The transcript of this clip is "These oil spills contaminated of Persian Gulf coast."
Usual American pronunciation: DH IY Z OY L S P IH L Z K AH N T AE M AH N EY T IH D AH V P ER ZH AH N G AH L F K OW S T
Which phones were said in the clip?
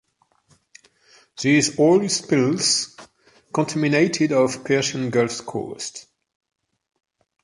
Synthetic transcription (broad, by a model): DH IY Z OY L S P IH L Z K AH N T AE M AH N EY T IH D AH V P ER SH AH N G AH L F K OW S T